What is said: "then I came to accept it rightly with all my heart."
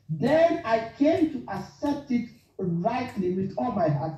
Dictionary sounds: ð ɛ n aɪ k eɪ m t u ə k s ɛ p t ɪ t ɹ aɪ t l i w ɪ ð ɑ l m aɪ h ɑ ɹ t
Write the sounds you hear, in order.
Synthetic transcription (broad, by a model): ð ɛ n aɪ k eɪ m t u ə s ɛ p t ɪ t ɹ aɪ t l i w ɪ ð ɑ l m aɪ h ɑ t